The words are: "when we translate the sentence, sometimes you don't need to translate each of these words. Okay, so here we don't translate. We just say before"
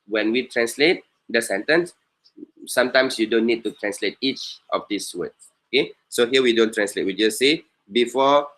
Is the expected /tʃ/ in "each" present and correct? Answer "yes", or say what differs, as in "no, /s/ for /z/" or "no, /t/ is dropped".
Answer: yes